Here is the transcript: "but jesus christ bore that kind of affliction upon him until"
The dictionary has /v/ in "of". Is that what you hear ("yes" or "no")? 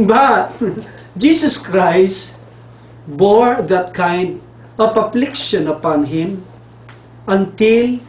no